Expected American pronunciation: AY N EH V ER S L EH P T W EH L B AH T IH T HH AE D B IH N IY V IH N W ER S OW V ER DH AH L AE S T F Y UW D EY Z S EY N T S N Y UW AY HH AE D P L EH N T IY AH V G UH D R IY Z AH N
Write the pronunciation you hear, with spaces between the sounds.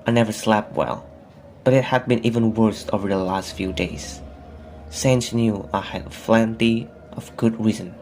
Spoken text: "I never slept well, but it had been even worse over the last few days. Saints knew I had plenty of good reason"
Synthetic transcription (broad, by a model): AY N EH V ER S L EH P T W EH L B AH T IH T HH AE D B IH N IY V IH N W ER S OW V ER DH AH L AE S T F Y UW D EY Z S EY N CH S N Y UW AY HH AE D F L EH N T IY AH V G UH D R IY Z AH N